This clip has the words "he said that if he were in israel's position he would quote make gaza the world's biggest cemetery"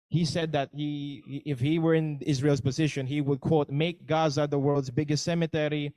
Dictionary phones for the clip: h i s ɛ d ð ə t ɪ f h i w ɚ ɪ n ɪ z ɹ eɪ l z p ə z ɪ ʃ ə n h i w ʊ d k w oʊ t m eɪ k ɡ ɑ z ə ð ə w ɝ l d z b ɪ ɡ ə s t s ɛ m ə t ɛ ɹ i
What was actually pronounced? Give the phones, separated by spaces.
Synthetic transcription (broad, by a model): h i s ɛ d ð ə t ɪ f h i w ɚ ɪ n ɪ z ɹ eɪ l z p ə z ɪ ʃ ə n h i w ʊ d k w oʊ t m eɪ k ɡ ɑ z ə ð ə w ɝ l d z b ɪ ɡ ə s t s ɛ m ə t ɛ ɹ i